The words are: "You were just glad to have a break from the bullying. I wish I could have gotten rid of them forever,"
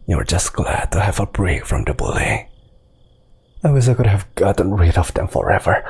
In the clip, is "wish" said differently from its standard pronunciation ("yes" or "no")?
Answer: yes